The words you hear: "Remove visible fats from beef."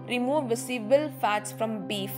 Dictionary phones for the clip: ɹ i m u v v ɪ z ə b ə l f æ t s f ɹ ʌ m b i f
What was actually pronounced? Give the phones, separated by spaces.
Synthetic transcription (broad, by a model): ɹ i m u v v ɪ s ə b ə l f æ t s f ɹ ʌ m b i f